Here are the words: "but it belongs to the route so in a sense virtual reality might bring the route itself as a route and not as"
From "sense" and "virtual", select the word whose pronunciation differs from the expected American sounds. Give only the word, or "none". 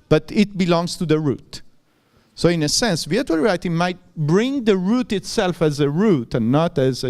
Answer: virtual